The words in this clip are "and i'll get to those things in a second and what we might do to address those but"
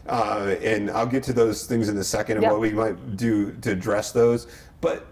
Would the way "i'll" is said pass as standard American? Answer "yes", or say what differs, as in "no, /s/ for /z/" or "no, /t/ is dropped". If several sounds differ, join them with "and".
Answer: yes